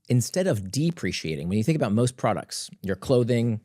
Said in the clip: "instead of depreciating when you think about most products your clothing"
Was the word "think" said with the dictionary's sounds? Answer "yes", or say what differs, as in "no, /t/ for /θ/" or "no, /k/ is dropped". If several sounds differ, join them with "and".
yes